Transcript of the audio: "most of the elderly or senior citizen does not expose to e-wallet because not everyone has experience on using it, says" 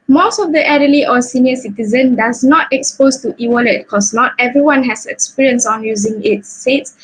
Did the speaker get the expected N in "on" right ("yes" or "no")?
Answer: yes